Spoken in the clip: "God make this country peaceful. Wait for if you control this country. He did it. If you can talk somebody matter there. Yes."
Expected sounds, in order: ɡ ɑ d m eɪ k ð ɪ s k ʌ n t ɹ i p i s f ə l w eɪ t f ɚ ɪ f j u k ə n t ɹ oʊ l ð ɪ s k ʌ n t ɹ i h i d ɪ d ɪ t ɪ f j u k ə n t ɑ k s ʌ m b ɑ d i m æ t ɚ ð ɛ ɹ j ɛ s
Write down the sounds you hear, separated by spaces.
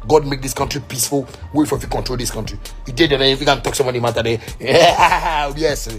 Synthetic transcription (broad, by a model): ɡ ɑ d m eɪ k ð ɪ s k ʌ n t ɹ i p i s f ə l w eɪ f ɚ ɪ f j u k ə n t ɹ oʊ l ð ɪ s k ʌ n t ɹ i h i d ɪ d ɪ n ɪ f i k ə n t ɑ k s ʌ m ɑ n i m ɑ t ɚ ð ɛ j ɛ s